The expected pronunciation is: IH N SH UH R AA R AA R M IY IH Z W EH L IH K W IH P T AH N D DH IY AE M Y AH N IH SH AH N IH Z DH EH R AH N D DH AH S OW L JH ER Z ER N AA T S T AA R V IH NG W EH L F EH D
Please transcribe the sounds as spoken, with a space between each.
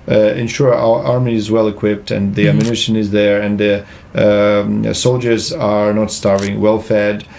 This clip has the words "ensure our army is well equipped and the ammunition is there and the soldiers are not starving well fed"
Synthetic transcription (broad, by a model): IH N SH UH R R AA R M IY IH Z W EH L IH K W IH P T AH N DH IY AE M Y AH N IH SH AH N IH Z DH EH R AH N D DH AH S OW L JH ER Z ER N AA T S T AA R V IH NG W EH L F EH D